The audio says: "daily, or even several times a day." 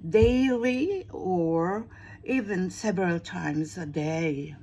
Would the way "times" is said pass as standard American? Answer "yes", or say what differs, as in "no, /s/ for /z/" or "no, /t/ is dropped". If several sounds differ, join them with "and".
yes